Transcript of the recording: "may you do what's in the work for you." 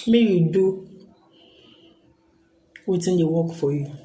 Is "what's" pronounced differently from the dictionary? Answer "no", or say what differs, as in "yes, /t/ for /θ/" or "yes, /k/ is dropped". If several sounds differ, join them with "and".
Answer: yes, /s/ is dropped